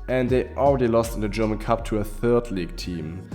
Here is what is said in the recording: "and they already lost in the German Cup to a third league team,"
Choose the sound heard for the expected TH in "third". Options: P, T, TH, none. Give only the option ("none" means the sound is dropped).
TH